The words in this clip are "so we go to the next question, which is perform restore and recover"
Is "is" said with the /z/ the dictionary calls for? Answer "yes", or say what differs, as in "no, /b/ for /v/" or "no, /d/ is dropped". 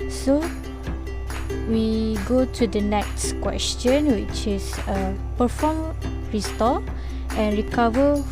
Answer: no, /s/ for /z/